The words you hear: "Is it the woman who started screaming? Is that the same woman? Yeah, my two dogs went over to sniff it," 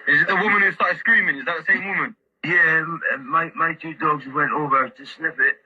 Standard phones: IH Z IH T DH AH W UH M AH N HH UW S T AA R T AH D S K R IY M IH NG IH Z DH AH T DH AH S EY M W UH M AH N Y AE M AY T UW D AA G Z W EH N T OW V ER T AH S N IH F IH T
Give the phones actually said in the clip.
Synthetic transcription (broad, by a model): IH Z IH T DH AH W UH M AH N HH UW S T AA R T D S K R IY M IH NG IH Z DH AH T DH AH S EY M W UH M AH N Y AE M AY T UW D AA G Z W EH N T OW V ER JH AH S L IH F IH T